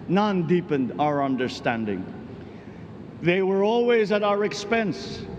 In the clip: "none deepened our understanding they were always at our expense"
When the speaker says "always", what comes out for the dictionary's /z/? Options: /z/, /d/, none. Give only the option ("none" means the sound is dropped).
/z/